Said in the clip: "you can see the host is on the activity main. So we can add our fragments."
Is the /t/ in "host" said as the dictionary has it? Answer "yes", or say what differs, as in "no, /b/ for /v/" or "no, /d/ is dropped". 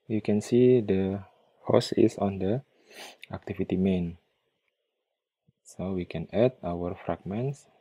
no, /t/ is dropped